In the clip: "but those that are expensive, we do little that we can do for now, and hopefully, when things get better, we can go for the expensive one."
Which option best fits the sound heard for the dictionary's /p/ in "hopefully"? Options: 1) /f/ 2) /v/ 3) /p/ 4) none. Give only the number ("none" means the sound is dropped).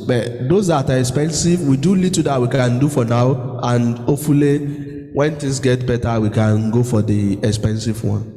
4